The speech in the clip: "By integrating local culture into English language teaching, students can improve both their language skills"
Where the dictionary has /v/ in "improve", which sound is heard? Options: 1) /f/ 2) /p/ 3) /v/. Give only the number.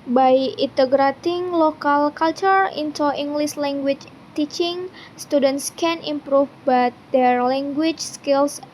1